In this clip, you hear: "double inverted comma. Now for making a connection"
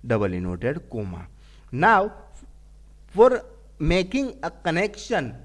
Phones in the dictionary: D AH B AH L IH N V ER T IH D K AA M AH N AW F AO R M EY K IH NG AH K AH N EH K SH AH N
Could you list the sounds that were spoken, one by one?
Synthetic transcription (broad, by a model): D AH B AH L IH N AO T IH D K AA M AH N AW F AO R M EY K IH NG AH K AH N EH K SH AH N